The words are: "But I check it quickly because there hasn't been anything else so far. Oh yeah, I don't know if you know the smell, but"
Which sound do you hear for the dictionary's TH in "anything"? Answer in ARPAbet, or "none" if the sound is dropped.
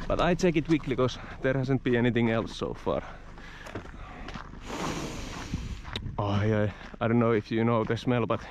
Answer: TH